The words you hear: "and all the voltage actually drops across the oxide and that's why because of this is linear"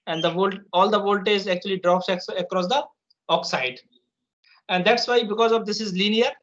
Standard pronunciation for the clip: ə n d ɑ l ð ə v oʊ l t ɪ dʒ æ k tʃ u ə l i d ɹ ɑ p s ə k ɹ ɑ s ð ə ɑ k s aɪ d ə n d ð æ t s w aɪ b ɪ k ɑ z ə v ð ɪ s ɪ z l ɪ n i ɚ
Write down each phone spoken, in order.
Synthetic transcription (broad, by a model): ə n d ɑ l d ə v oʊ l t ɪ z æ k tʃ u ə l i d ɹ ɑ p s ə k ɹ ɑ s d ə ɑ k s aɪ d ə n d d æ t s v aɪ b ɪ k ɑ z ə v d ɪ s ɪ z l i n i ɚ